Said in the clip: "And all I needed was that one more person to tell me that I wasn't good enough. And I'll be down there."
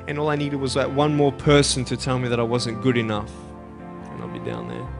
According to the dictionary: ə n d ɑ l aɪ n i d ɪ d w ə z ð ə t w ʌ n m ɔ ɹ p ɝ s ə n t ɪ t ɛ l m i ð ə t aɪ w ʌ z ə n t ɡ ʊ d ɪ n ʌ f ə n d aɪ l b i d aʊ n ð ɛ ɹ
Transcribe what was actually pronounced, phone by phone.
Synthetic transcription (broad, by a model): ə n ɑ l aɪ n i d ɪ d w ə z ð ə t w ʌ n m ɔ ɹ p ɝ s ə n t ɪ t ɛ l m i ð ə t aɪ w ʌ z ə n ɡ ʊ d ɪ n ʌ f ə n aɪ l b i d aʊ n ð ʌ ɹ